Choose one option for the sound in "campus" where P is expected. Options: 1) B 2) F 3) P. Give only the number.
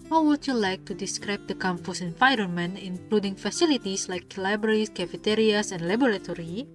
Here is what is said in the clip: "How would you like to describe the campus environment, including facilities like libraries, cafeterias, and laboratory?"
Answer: 2